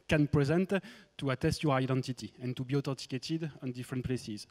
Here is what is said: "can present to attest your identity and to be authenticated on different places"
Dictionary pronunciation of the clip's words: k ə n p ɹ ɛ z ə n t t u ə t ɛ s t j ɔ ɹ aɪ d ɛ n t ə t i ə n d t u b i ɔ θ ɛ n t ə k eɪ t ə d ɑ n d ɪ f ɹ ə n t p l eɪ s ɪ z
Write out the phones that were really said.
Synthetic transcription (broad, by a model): k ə n p ɹ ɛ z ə n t t u ə t ɛ s t j ɔ ɹ aɪ d ɛ n t ə t i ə n t u b i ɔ t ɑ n t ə k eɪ t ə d ɑ n d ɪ f ɹ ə n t p l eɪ s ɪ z